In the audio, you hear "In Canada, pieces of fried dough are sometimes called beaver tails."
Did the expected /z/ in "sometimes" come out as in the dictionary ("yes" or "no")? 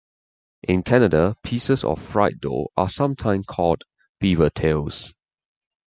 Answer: no